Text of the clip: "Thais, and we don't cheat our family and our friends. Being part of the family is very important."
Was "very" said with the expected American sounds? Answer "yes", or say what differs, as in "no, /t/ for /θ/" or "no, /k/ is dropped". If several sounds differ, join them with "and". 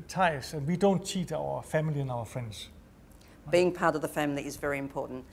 yes